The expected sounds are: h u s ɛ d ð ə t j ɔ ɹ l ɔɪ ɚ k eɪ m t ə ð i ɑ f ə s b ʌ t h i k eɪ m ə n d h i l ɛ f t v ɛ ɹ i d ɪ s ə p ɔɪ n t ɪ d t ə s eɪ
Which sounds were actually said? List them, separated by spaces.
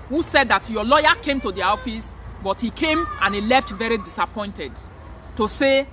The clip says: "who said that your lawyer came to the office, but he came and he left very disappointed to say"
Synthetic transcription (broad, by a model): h u s ɛ d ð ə t j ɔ l ɔɪ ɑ k eɪ m t ə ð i ɑ f ə s b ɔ t h i k eɪ m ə n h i l ɛ f t v ɛ ɹ i d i s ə p ɔɪ n t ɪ d t ə s eɪ